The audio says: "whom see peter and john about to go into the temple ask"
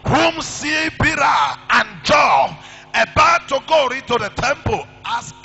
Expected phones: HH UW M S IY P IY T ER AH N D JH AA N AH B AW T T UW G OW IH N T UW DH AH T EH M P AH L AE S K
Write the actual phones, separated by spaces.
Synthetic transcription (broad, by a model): HH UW M S IY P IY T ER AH N JH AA AH B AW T T UW G OW IH N T UW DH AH T EH M P AH L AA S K